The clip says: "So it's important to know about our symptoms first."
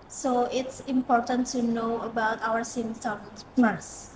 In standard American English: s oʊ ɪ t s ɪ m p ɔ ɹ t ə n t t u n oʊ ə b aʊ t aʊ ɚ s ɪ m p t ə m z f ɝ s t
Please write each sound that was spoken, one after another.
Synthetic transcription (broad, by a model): s oʊ ɪ t s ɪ m p ɔ ɹ t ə n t t u n oʊ ə b aʊ t aʊ ɚ s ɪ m t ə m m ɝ s